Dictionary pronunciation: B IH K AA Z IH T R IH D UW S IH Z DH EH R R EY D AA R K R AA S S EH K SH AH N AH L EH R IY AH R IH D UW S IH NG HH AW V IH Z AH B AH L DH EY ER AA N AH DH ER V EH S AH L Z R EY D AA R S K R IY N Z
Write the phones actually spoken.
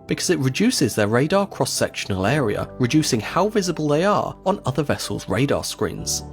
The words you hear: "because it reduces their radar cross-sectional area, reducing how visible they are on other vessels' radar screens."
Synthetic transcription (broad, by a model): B IH K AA Z IH T R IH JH UW S IH Z DH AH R R EY D AA K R AA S S EH K SH AH N AH L EH R IY AH R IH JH UW S IH NG HH AW V IH Z AH B AH L DH EY ER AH N AH DH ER V EH S AH L Z R EY D AA S K R IY N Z